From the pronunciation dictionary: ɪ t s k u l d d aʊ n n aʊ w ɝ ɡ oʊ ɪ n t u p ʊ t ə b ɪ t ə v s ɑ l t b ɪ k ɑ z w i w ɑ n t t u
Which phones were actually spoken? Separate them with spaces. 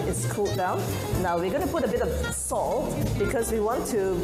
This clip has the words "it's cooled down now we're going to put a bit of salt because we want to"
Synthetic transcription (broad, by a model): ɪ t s k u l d d aʊ n n aʊ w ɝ ɡ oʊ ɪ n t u p ʊ t ə b ɪ t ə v s ɑ l t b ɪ k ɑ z w i w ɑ n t t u